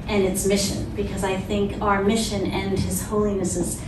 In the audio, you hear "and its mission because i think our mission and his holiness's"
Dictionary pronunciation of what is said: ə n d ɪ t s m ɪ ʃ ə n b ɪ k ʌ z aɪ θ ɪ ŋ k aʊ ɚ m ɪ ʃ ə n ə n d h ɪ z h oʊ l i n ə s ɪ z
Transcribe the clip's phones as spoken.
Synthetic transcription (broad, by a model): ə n ɪ t s m ɪ ʃ ə n b ɪ k ʌ z aɪ θ ɪ ŋ k aʊ ɚ m ɪ ʃ ə n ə n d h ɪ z h oʊ l i n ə s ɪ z